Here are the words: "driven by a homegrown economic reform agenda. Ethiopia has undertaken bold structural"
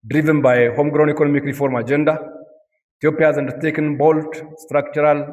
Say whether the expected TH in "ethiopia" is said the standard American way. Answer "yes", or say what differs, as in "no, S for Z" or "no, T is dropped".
no, T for TH